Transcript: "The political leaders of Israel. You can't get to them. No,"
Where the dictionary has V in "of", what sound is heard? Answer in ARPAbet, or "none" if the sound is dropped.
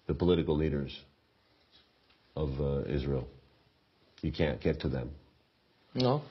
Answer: V